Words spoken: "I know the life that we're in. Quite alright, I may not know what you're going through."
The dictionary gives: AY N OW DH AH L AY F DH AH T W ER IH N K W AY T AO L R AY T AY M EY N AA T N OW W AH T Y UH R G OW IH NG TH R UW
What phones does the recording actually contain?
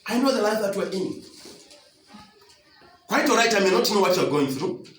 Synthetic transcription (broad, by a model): AY N OW DH AH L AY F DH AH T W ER IH N K W AY T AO R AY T AY M EY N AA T N OW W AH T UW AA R G OW IH NG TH R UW